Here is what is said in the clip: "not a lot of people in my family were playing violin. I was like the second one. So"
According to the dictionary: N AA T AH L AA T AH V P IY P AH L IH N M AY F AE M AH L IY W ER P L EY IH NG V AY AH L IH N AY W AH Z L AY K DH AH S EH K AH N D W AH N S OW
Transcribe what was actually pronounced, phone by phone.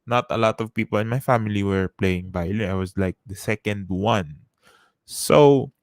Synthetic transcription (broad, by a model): N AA T AH L AA T AH V P IY P AH L IH N M AY F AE M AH L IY W ER P L EY IH NG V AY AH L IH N AY W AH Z L AY K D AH S EH K AH N D W AH N S OW